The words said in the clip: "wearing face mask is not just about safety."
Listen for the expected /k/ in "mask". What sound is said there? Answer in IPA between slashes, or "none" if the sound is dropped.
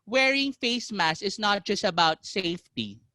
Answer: none